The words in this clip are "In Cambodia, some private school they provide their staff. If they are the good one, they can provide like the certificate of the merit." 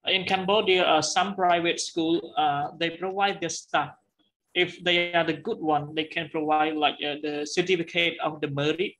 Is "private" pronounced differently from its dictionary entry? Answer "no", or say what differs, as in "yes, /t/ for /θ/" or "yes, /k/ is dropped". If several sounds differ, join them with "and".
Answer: no